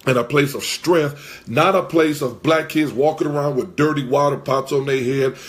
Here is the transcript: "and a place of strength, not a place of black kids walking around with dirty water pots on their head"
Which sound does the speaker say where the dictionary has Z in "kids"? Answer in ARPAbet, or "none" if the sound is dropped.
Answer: Z